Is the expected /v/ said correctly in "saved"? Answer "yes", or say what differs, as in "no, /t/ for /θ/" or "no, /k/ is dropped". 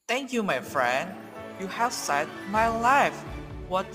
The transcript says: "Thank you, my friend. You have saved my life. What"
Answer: no, /v/ is dropped